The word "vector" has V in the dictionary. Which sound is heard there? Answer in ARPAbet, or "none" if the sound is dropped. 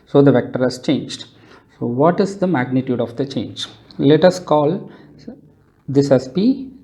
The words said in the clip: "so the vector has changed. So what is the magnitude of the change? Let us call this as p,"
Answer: V